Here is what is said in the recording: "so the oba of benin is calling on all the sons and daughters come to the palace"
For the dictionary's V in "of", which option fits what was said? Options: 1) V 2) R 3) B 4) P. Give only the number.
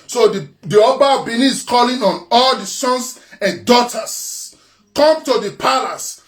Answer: 4